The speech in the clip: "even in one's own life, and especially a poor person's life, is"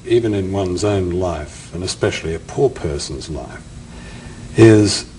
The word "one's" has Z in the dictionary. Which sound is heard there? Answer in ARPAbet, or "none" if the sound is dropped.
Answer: Z